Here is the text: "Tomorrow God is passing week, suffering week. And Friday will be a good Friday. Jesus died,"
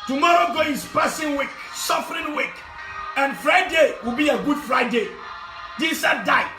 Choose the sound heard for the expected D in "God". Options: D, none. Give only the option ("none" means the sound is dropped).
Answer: none